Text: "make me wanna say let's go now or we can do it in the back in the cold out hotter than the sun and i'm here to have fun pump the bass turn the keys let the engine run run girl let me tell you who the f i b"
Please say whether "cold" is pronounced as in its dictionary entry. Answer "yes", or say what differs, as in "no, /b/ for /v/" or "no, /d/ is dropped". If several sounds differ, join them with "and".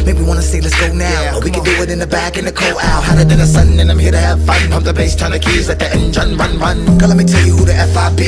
no, /d/ is dropped